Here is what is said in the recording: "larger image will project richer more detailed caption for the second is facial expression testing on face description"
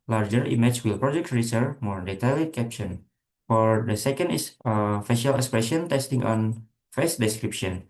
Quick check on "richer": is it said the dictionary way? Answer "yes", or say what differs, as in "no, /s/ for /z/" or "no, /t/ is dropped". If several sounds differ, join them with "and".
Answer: no, /s/ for /tʃ/